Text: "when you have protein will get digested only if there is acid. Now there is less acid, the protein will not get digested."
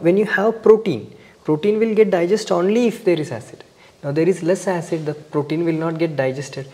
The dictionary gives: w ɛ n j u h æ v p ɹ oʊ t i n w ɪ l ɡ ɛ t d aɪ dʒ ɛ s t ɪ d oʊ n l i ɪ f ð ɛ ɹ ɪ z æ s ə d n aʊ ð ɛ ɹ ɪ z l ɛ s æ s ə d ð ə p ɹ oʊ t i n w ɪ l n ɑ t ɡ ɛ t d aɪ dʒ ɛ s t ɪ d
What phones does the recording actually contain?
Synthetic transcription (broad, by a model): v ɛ n j u h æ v p ɹ oʊ t i n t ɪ l ɡ ɛ t d aɪ dʒ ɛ s t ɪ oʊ n l i ɪ f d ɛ ɹ ɪ z æ s ə d n aʊ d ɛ ɹ ɪ z l ɛ s æ s ə d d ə p ɹ oʊ t i n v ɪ l n ɑ t ɡ ɛ t d aɪ dʒ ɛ s t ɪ d